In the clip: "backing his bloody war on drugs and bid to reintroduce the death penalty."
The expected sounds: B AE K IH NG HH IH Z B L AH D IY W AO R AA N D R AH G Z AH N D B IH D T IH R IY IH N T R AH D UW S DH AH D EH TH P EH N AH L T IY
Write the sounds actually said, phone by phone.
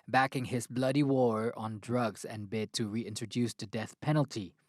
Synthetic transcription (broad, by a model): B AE K IH NG HH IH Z B L AH D IY W AO R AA N D R AH G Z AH N B IH D T IH R IY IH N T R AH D UW S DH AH D EH TH P EH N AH L T IY